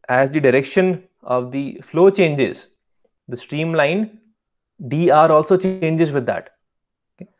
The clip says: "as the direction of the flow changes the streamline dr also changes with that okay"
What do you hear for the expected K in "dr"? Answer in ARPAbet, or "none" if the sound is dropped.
none